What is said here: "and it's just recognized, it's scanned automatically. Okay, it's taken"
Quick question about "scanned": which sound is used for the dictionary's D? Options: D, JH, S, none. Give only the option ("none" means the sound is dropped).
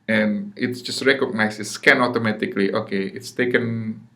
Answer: none